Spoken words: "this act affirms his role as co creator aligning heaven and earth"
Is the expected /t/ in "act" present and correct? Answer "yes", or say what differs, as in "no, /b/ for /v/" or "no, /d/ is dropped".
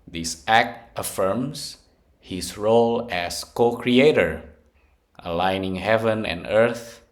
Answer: yes